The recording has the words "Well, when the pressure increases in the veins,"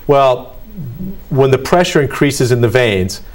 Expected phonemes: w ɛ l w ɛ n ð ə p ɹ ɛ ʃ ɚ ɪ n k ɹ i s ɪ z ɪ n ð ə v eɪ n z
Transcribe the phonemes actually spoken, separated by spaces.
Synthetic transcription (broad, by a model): w ɛ l w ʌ n ð ə p ɹ ɛ ʃ ɚ ɪ n k ɹ i s ɪ z ɪ n ð ə v eɪ n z